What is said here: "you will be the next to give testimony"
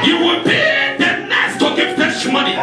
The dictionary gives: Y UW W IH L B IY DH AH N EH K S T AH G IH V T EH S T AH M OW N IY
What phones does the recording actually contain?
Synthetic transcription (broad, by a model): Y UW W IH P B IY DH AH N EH S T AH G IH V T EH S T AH M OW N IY